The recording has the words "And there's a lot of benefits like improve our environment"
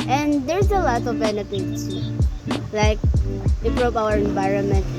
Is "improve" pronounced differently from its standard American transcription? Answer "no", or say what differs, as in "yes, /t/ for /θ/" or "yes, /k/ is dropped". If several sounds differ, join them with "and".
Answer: yes, /m/ is dropped and /p/ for /v/